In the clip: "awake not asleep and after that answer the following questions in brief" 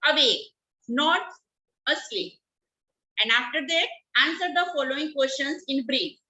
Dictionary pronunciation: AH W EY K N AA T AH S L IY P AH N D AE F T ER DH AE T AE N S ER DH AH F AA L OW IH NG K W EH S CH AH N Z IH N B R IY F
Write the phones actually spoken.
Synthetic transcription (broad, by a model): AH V EY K N AA T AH S IY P AH N D AE F T ER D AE T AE N S ER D AH F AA L OW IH NG K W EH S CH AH N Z IH N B R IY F